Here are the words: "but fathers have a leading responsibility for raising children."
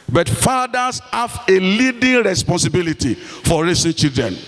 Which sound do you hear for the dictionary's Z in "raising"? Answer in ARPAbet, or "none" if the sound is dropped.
S